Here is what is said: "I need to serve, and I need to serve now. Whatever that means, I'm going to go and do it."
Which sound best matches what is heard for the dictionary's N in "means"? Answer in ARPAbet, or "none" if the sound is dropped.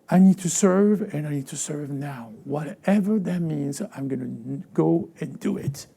N